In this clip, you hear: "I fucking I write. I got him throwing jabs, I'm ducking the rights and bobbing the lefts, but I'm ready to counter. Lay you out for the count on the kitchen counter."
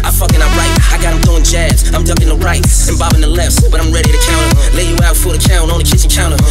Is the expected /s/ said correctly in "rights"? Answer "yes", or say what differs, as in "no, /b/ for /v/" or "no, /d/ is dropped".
no, /s/ is dropped